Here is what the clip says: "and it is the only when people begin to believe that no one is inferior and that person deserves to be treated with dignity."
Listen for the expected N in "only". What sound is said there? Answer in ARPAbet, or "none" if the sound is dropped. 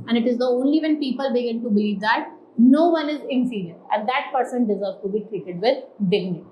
N